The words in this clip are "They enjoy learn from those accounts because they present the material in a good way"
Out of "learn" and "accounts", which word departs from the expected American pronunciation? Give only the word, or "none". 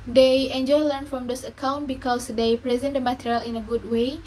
accounts